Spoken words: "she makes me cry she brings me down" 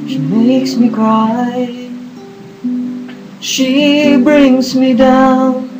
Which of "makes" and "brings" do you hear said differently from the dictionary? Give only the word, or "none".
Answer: none